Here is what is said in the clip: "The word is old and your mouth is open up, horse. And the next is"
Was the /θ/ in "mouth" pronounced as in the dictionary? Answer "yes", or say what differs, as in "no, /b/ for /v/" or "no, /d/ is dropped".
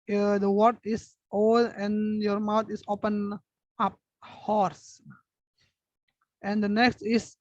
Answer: no, /t/ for /θ/